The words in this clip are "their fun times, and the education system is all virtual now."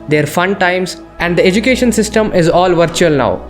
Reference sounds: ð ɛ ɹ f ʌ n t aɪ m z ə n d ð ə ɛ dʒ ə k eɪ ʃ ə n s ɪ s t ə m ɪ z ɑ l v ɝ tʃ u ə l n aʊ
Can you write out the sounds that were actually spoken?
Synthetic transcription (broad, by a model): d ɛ ɹ f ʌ n t aɪ m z ə n d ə ɛ dʒ ə k eɪ ʃ ə n s ɪ s t ə m ɪ z ɑ l v ɝ tʃ u ə l n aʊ